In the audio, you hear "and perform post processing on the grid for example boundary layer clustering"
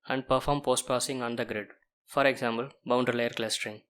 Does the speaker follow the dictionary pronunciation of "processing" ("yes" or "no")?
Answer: no